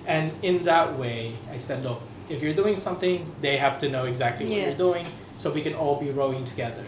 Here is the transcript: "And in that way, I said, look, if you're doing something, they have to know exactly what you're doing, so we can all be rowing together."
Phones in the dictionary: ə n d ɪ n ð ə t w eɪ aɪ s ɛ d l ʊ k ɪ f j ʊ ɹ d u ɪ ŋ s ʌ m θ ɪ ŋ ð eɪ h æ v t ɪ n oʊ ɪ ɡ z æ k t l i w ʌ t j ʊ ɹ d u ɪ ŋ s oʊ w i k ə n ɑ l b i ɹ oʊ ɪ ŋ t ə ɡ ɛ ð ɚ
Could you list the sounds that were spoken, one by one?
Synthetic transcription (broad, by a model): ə n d ɪ n ð ə t w eɪ aɪ s ɛ d l ʊ k ɪ f j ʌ ɹ d u ɪ ŋ s ʌ m θ ɪ ŋ ð eɪ h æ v t ɪ n oʊ ɪ ɡ z æ k t l i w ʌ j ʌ ɹ d u ɪ ŋ s oʊ w i k ə n ɑ l b i ɹ oʊ ɪ ŋ t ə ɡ ɛ ð ɚ